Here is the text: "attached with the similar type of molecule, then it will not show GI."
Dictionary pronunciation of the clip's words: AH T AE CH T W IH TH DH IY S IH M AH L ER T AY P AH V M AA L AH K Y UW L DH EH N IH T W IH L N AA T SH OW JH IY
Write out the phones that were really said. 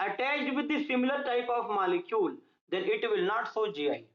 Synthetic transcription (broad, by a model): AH T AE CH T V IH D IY S IH M AH L ER T AY P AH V M AA L AH K Y UW L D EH N IH T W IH L N AA T S OW JH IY